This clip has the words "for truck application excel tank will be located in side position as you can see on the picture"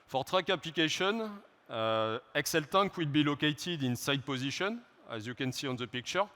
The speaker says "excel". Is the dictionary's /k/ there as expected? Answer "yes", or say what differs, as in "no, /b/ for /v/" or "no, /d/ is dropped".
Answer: yes